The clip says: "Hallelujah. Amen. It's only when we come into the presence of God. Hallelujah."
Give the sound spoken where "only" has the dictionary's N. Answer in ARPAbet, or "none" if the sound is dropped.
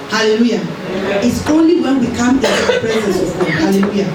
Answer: N